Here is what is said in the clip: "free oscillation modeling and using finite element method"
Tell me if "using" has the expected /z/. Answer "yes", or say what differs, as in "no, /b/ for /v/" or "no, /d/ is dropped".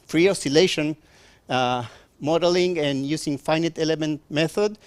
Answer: no, /s/ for /z/